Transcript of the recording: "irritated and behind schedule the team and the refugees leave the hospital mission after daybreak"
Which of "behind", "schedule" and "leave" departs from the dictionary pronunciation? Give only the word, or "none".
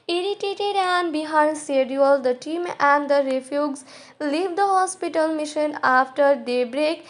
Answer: schedule